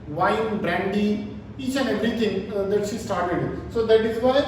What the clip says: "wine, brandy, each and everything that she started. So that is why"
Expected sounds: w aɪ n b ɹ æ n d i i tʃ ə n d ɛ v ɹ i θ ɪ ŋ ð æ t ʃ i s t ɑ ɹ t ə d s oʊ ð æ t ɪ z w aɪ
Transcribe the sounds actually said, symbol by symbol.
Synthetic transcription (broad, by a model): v aɪ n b ɹ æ n d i i tʃ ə n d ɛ v ɹ i t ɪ ŋ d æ t ʃ i s t ɑ ɹ t ə d s oʊ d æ t ɪ z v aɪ